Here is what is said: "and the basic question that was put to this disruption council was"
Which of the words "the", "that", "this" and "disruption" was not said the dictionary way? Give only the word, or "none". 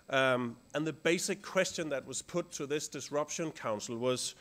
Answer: none